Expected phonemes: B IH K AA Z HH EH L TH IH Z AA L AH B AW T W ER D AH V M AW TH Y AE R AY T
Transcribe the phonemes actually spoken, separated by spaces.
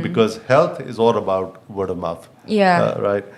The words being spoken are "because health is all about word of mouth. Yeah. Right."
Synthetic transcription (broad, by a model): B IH K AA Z HH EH L T IH Z AA L AH B AW T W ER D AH M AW F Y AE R AY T